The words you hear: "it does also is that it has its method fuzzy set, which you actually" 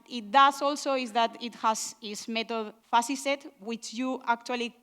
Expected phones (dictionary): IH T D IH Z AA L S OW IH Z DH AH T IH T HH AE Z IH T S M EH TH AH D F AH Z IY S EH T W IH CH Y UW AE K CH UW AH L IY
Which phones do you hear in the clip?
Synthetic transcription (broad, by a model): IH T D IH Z AA L S OW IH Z DH AH T IH T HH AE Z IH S M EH T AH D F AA S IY S EH T W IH CH Y UW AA K CH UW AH L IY